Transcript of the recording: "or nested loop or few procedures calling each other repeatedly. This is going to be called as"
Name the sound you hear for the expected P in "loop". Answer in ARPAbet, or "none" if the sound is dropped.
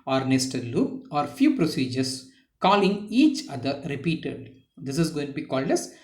none